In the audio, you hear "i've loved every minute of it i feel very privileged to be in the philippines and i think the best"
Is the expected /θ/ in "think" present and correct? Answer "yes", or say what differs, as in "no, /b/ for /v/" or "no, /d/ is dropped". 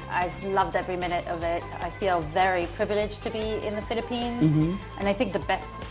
yes